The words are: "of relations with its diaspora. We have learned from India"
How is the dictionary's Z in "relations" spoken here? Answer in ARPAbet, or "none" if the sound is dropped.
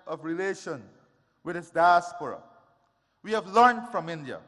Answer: none